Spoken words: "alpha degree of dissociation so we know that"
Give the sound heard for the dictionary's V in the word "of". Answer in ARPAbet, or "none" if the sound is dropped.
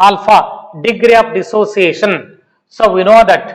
P